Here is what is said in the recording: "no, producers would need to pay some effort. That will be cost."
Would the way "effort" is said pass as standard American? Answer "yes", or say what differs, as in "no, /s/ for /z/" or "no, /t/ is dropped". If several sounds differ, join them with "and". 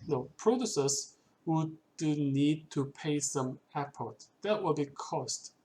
no, /p/ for /f/